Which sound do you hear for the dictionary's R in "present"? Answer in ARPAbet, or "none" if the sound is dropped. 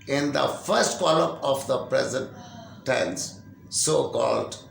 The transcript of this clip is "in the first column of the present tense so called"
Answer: R